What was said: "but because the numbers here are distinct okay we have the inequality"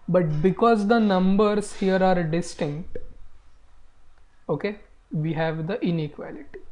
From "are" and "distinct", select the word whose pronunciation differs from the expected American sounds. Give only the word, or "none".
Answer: none